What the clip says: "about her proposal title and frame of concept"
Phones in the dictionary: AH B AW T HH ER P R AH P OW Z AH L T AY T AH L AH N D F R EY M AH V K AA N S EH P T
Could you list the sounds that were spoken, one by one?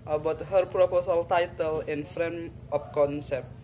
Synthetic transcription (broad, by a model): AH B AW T HH ER P R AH P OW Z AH L T AY T AH L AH N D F R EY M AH P K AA N S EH P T